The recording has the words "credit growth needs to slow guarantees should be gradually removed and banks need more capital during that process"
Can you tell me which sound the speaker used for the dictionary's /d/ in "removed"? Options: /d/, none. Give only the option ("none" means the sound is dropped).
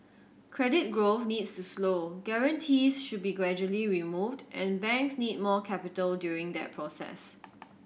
/d/